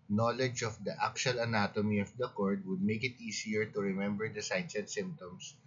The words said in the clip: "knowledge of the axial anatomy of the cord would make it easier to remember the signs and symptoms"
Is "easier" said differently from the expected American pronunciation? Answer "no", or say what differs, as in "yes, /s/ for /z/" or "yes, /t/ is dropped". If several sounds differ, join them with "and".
yes, /s/ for /z/